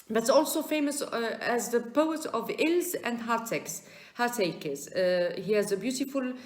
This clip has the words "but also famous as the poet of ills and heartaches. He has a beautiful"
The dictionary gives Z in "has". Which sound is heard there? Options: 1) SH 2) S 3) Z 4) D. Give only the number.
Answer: 3